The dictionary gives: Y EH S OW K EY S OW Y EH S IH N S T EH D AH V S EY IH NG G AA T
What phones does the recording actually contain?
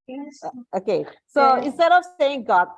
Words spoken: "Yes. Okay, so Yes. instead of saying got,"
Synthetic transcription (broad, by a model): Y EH OW K EY S OW IH N S T EH D AH V S EY IH NG G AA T